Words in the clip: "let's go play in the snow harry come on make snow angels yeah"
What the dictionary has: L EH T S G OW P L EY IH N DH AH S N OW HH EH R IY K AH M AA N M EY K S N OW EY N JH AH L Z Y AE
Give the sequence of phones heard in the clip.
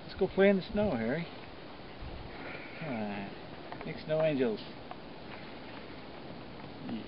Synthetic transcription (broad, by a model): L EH T S G OW P L EY IH N DH AH S N OW HH EH R IY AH AA M EY K S N OW EY N JH AH L Z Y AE